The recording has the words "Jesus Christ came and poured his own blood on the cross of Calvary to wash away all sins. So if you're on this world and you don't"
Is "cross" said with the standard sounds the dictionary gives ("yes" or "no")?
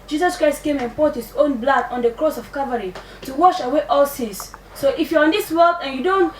yes